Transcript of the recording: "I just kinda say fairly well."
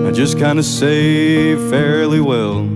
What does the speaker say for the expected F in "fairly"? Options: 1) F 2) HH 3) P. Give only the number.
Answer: 1